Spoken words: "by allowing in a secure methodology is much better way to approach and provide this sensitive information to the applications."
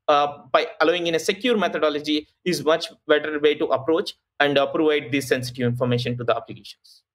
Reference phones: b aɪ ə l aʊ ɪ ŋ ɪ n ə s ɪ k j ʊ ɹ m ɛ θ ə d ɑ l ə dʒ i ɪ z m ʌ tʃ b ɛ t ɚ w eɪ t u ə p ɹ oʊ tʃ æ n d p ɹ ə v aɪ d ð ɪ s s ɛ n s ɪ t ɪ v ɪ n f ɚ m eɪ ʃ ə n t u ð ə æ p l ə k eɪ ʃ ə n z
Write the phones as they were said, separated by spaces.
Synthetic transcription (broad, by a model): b aɪ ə l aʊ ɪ ŋ ɪ n ə s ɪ k j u ɹ m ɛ t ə d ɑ l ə dʒ i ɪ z m ʌ tʃ b ɛ t ɚ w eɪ t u ə p ɹ oʊ tʃ æ n d p ɹ ə v aɪ d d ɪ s s ɛ n s ɪ t ɪ v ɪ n f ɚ m eɪ ʃ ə n t u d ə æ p l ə k eɪ ʃ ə n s